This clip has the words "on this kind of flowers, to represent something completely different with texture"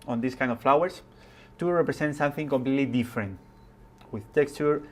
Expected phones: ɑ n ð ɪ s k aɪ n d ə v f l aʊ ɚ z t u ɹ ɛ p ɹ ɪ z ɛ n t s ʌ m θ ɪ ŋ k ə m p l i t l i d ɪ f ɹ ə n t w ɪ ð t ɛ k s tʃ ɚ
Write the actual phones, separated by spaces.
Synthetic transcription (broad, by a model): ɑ n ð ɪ s k aɪ n d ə f l aʊ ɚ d t u ɹ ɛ p ɹ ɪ s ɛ n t s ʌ m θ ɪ ŋ k ə m p l i t l i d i f ɹ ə n t w ɪ ð t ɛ k s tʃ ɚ